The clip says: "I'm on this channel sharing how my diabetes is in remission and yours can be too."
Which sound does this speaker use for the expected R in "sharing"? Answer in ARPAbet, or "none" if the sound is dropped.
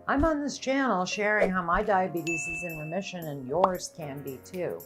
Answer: R